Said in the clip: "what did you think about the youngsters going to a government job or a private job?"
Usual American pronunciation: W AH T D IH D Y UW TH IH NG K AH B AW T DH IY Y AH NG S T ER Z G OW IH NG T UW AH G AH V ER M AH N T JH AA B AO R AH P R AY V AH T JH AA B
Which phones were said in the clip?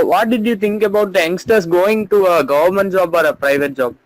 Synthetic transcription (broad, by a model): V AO T D IH D Y UW T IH NG K AH B AW T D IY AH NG S T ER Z G OW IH NG T UW AH G AH V ER M AH N T JH AA B AO R AH P R AY V AH T JH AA B